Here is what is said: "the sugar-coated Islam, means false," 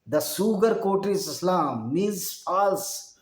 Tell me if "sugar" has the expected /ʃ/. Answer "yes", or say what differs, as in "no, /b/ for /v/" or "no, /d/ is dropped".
no, /s/ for /ʃ/